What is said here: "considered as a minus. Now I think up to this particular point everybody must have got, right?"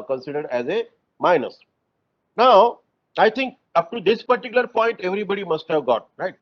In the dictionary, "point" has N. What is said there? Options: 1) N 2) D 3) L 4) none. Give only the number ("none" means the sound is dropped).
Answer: 1